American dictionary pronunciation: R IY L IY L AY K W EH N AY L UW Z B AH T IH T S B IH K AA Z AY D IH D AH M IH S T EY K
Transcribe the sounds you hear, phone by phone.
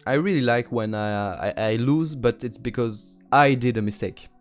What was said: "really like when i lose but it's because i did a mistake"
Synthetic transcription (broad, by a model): R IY L IY L AY K W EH N AY L UW Z B AH T IH T S B IH K AA Z AY D IH D AH M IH S T EY K